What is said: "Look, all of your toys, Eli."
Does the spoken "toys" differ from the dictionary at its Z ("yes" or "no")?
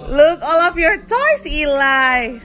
yes